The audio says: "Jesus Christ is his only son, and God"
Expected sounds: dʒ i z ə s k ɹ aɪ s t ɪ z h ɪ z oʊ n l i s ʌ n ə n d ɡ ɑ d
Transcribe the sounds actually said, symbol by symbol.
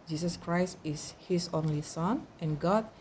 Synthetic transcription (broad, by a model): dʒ i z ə s k ɹ aɪ s t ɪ s h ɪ s oʊ n l i s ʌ n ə n ɡ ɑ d